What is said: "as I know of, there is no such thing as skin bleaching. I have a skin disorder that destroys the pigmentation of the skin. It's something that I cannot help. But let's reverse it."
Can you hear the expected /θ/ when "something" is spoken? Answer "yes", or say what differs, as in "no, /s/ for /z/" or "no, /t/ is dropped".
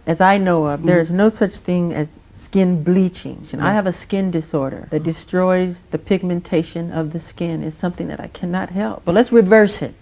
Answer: yes